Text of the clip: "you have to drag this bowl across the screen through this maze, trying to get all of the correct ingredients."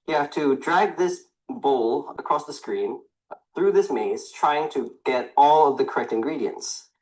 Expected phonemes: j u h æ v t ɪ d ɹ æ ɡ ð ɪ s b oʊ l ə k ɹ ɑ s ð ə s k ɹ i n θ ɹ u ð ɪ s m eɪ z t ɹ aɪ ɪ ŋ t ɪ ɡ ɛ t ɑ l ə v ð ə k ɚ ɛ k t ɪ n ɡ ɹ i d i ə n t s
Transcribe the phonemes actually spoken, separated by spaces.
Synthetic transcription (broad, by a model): j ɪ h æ f t ɪ d ɹ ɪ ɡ ð ɪ s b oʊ l ə k ɹ ɑ s ð ə s k ɹ i n θ ɹ u ð ɪ s m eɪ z t ɹ aɪ ɪ ŋ t ɪ ɡ ɛ t ɑ l ə v ð ə k ɚ ɛ k t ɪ n ɡ ɹ i d i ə n t s